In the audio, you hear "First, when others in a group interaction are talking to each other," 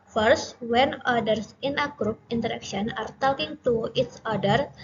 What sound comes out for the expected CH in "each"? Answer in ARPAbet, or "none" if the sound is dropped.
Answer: S